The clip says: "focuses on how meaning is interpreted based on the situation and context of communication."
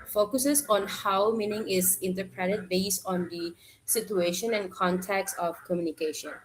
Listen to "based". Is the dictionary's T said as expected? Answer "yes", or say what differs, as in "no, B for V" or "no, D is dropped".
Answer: yes